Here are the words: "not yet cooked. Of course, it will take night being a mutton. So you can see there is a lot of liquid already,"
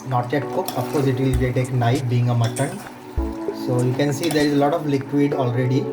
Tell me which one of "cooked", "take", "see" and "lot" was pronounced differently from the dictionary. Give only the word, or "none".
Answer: cooked